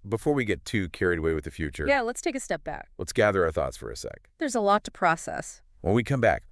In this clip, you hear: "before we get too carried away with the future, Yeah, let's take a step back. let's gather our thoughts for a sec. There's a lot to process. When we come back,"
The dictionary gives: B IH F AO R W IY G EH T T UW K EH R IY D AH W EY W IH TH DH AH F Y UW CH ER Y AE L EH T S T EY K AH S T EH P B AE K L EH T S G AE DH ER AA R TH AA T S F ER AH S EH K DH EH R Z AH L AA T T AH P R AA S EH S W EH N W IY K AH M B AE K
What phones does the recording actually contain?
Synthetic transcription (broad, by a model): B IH F AO R W IY G EH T T UW K EH R IY D AH W EY W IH DH AH F Y UW CH ER Y AE L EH T S T EY K AH S T EH P B AE K L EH T S G AE DH ER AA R TH AA T S F ER AH S EH K DH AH R Z AH L AA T T AH P R AA S EH S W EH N W IY K AH M B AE K